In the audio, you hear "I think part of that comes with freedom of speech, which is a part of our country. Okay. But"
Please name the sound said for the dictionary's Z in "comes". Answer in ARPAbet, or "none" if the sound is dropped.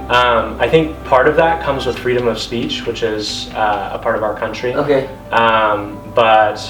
Z